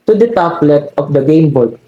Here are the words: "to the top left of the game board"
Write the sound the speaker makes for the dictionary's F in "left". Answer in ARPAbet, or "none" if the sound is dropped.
none